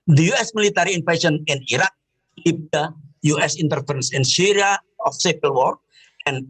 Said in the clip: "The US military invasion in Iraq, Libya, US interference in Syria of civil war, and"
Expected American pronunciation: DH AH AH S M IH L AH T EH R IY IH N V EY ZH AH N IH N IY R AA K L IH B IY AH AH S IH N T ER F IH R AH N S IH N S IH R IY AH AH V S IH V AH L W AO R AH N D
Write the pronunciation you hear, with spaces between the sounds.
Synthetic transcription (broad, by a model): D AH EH S M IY L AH T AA R IY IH N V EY S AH N IH N IY R AA K L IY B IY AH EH S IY N T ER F R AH N S IH N S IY R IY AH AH F S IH P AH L W AO R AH N